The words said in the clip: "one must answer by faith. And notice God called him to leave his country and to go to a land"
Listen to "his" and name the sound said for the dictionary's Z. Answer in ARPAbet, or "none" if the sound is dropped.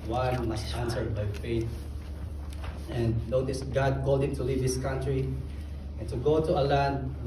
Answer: S